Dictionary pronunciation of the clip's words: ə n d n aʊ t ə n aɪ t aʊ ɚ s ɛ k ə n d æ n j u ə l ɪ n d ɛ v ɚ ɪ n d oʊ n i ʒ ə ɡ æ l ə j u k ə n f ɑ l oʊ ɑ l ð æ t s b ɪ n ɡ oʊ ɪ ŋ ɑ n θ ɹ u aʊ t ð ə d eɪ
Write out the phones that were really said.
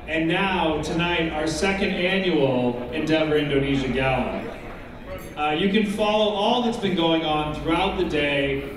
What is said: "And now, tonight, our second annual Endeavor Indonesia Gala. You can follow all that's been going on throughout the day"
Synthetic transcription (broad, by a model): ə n n aʊ t ə n aɪ t aʊ ɚ s ɛ k ə n d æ n j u l ɪ n d ɛ v ɚ ɪ n d oʊ n i ʒ ə ɡ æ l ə j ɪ k ə n f ɑ l oʊ ɑ l ð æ t s b ɪ n ɡ oʊ ɪ ŋ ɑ n θ ɹ u aʊ t ð ə d eɪ